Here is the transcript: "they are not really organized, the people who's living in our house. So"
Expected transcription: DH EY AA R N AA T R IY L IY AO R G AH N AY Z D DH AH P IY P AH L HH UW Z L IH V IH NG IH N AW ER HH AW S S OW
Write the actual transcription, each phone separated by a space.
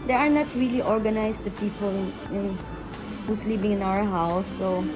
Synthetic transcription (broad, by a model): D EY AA R N AA T R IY L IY AO R G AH N AY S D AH P IY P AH L HH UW S L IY B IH NG IH N AW ER HH AW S S OW